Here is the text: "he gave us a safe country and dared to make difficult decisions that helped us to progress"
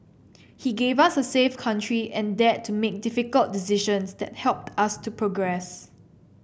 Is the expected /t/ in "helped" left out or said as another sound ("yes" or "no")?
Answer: no